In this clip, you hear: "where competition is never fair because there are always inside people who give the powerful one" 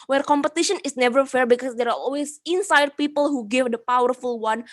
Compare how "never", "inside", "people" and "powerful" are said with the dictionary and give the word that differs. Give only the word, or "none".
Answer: none